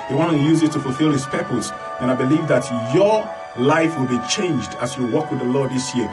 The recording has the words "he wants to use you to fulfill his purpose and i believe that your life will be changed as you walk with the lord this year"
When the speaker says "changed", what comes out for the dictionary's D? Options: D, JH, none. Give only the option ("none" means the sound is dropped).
D